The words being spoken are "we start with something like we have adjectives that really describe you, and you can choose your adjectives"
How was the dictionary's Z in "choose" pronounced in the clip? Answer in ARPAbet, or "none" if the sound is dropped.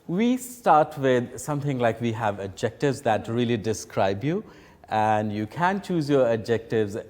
Z